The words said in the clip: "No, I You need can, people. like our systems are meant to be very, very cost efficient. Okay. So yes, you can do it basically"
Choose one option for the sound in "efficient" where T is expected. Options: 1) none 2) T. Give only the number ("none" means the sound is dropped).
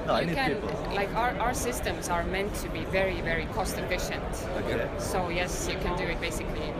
2